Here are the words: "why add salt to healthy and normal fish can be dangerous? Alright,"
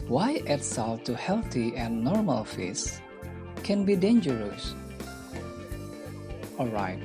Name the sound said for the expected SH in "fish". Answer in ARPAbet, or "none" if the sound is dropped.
S